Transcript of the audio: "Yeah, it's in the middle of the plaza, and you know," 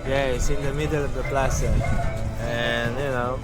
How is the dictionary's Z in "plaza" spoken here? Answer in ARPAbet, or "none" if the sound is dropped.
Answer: S